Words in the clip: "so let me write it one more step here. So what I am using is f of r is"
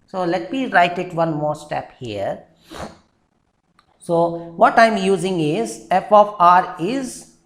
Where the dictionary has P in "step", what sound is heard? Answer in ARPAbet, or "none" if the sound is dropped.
P